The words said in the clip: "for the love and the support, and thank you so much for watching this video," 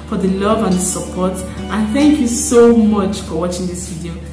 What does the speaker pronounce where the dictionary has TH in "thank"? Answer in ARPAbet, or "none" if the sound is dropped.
TH